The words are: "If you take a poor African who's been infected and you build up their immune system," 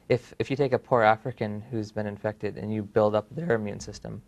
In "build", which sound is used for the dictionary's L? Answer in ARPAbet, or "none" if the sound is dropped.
L